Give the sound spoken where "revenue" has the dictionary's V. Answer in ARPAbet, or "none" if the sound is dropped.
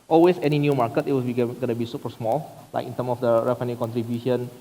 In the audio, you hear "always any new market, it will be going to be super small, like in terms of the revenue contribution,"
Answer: F